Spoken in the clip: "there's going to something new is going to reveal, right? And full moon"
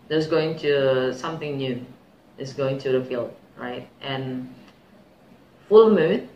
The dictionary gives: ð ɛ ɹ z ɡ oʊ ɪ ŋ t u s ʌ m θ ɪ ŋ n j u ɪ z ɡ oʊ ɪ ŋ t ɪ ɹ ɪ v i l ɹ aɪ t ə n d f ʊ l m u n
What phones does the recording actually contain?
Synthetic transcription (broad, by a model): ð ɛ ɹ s ɡ oʊ ɪ ŋ t u s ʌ m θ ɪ ŋ n j u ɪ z ɡ oʊ ɪ ŋ t ɪ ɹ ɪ f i l ɹ aɪ t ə n f ʊ l m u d